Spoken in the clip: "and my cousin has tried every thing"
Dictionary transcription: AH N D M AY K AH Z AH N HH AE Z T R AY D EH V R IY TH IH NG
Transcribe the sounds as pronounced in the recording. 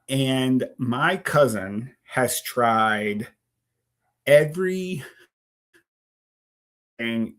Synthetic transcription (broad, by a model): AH N M AY K AH Z AH N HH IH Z T R AY D EH V R IY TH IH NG